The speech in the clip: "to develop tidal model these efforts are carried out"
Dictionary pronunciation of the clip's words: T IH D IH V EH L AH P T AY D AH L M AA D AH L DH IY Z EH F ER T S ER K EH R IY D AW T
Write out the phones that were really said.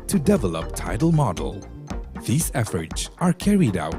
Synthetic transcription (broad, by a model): T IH D IH V EH L AH P T AY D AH L M AA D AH L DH IY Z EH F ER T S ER K EH R IY D AW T